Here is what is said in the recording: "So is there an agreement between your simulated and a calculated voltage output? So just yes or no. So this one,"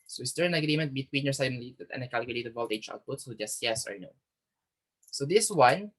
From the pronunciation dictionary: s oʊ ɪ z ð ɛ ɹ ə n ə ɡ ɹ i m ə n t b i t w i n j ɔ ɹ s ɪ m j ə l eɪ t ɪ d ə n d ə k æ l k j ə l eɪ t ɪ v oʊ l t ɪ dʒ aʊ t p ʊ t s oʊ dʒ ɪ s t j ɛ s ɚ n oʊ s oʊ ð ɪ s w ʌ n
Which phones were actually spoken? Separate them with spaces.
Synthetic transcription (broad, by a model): s oʊ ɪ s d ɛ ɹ ə n ə ɡ ɹ i m ə n t b i t w i n j ɔ ɹ s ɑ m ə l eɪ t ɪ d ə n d ə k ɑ l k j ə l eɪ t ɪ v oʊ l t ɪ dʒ aʊ t p ʊ t s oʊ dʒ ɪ s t j ɛ s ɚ n oʊ s oʊ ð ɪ s w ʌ n